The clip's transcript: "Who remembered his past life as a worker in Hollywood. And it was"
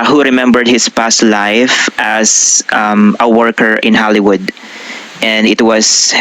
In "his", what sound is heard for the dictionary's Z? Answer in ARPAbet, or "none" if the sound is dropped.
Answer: S